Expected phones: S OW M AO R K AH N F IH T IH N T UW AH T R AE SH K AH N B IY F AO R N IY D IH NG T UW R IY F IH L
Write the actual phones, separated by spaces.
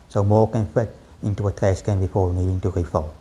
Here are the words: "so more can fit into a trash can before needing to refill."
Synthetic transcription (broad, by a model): S OW M AO K AH N F IH T IH N T UW AH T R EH S K AH N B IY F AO L N IY D IH NG T UW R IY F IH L